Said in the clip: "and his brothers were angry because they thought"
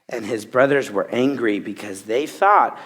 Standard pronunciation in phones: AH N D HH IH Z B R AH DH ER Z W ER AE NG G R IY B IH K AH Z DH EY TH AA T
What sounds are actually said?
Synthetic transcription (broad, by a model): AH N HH IH Z B R AH DH ER Z W ER AE NG G R IY B IH K AH Z DH EY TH AA T